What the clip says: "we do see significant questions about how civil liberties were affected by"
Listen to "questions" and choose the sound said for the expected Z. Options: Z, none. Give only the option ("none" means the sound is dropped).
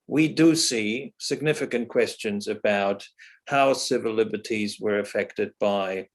Z